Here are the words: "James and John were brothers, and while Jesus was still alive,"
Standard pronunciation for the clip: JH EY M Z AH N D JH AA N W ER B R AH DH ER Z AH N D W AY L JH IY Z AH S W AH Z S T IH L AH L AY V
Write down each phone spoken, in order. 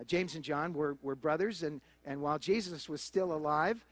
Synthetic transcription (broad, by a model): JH EY M Z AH N JH AA N W ER B R AH DH ER Z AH N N W AY L JH IY Z AH S W AH Z S T IH L AH L AY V